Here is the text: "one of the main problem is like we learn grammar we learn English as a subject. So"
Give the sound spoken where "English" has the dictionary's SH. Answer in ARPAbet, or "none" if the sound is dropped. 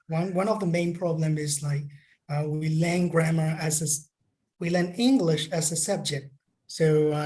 SH